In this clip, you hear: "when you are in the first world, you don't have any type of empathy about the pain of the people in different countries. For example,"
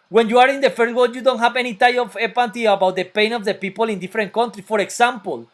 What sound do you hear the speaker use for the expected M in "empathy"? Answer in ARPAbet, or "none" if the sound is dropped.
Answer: none